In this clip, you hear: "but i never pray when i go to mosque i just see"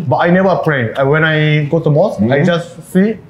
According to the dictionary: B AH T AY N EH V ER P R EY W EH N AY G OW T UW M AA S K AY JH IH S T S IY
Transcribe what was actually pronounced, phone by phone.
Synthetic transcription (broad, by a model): B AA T AY N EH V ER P R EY W EH N AY G OW T UW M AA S AY JH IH S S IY